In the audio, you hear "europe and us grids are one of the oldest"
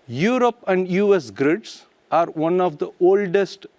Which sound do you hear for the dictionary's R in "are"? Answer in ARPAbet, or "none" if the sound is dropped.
R